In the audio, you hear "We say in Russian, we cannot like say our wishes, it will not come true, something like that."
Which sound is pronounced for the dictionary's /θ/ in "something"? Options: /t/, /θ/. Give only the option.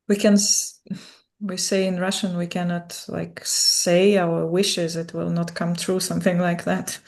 /θ/